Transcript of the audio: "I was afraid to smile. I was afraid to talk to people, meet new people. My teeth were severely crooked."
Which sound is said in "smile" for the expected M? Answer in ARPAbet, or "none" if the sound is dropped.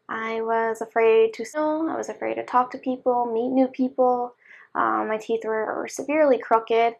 none